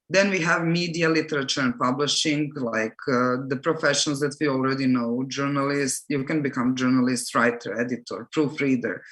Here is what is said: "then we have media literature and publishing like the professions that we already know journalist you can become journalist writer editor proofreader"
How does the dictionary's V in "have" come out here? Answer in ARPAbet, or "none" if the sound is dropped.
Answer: V